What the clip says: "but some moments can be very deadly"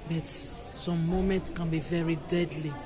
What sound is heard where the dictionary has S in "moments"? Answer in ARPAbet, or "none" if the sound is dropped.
S